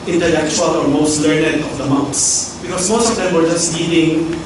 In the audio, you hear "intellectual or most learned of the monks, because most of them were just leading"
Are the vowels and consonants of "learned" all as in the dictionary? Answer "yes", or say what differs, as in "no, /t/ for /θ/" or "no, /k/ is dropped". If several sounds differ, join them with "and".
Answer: yes